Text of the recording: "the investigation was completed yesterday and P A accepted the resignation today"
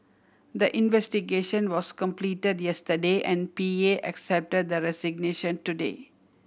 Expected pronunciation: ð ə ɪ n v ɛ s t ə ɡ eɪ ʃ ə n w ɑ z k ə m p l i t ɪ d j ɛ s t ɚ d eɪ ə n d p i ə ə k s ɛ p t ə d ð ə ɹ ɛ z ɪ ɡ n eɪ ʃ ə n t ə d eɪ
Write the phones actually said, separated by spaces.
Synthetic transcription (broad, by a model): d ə ɪ n v ɛ s t ə ɡ eɪ ʃ ə n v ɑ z k ə m p l i t ɪ d j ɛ s t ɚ d eɪ ə n d p i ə ə k s ɛ p t ə d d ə ɹ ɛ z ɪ ɡ n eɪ ʃ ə n t ə d eɪ